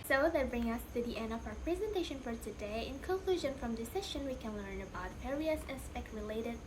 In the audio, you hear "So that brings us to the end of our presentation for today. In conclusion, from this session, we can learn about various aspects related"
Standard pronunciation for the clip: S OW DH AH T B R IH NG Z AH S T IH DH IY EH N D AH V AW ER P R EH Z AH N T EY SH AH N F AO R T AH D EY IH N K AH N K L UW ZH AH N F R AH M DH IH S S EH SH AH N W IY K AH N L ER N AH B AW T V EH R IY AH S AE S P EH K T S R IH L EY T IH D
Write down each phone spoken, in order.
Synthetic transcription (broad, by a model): S OW DH AH T B R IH NG AH S T IH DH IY EH N D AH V AW ER P R EH Z AH N T EY SH AH N F AO R T AH D EY IH N K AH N K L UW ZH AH N F R AH M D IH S S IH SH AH N W IY K AH N L ER N AH B AW T P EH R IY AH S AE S P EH K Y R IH L EY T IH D